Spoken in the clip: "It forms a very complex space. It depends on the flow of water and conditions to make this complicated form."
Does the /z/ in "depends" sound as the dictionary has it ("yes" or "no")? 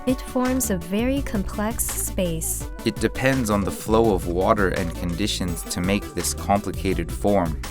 yes